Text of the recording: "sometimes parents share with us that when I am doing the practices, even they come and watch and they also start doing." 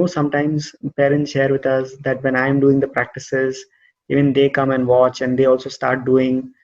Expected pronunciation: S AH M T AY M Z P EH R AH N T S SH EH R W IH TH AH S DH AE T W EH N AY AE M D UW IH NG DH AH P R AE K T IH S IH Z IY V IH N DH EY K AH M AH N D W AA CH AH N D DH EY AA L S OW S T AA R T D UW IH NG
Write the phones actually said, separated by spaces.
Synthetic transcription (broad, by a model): S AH M T AY M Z P EH R AH N T S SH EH R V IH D AH S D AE T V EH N AY M D UW IH NG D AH P R AE K T IH S IH Z IY V IH N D EY K AH M AH N D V AA CH AH N D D EY AA L S OW S T AA R T D UW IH NG